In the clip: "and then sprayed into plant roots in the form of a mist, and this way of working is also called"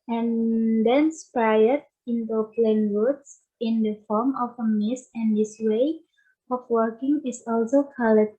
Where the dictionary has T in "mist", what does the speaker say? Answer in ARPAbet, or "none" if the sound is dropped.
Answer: none